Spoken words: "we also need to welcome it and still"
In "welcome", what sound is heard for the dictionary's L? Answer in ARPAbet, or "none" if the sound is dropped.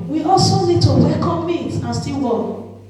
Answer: none